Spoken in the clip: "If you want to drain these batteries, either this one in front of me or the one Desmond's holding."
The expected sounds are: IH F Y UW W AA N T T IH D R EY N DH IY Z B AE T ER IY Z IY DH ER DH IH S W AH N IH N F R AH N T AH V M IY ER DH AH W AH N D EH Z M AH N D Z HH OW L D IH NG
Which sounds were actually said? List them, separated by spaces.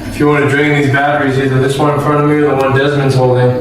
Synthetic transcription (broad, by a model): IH F Y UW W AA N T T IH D R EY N DH IY Z B AE T ER IY Z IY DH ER DH IH S W AH N IH N F R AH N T AH V M IY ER DH AH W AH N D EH Z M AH N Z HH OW L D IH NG